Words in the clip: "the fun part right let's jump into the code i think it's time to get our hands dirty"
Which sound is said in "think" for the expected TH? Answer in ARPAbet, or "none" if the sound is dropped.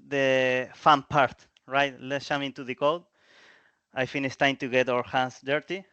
F